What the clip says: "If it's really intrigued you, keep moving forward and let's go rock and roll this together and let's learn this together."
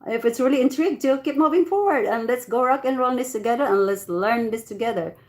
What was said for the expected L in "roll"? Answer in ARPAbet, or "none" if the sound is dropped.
N